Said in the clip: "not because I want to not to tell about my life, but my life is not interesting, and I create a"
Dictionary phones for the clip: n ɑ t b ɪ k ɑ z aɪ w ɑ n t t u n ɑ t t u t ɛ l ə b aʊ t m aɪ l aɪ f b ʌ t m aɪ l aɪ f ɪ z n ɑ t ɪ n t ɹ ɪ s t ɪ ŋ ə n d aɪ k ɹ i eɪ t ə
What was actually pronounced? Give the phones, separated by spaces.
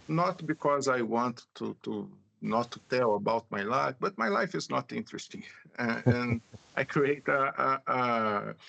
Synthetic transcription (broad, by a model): n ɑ t b ɪ k ɑ z aɪ w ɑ n t t u n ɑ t t u t ɛ l ə b aʊ t m aɪ l aɪ f b ʌ t m aɪ l aɪ f ɪ z n ɑ t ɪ n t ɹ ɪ s t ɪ ŋ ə n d aɪ k ɹ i eɪ t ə